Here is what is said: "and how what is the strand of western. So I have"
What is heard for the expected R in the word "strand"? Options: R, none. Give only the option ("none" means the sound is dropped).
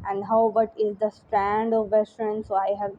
R